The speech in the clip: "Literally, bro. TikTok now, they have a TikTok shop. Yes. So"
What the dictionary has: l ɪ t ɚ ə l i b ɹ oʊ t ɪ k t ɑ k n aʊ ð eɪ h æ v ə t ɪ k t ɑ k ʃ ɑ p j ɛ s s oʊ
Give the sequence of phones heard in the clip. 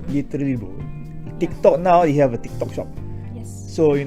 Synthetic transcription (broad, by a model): l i t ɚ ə l i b oʊ t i k t ɑ k n aʊ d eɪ h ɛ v ə t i k t ɑ k ʃ ɑ p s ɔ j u